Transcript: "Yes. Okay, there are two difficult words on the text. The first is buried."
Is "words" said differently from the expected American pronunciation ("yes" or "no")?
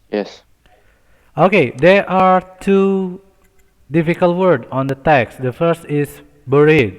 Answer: yes